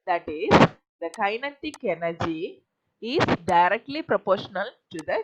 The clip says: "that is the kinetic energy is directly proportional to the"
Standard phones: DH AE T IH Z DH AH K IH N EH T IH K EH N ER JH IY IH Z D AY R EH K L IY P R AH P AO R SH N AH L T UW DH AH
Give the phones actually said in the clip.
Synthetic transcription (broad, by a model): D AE T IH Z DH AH K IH N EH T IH K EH N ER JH IY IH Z D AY R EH K L IY P R AH P AO R SH N AH L T UW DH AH